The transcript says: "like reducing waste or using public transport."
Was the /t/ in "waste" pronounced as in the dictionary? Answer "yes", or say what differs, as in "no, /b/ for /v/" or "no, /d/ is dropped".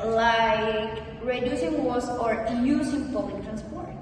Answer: no, /t/ is dropped